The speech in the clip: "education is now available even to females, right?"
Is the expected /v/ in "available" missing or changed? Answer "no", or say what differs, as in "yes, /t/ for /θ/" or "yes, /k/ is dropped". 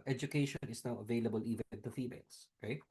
no